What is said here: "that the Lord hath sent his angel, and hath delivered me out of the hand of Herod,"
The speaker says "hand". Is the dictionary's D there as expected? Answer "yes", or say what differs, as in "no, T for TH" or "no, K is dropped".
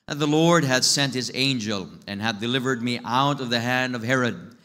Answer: yes